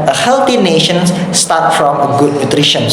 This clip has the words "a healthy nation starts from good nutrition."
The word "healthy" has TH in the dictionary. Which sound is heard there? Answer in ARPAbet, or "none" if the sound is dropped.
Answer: T